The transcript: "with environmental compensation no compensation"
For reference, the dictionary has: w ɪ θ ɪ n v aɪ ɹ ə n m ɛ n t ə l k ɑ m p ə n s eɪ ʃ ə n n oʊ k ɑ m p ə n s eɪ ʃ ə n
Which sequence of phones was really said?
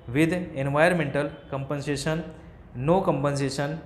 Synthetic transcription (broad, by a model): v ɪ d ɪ n v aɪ ə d m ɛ n t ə l k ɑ m p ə n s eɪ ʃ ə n n oʊ k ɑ m p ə n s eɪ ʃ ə n